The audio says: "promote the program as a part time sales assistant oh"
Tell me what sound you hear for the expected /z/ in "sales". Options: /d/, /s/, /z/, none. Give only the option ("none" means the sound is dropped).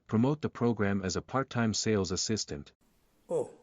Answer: /z/